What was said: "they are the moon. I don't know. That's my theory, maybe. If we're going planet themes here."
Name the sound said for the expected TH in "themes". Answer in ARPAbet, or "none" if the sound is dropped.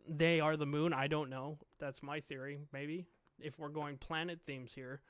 TH